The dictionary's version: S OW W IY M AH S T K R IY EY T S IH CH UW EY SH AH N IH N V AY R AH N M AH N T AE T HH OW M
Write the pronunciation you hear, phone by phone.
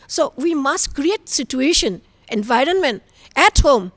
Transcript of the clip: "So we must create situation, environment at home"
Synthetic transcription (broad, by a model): S OW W IY M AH S T K R IY EY T S IH CH UW EY SH AH N IH N V AY R AH N M AH N T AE T HH OW M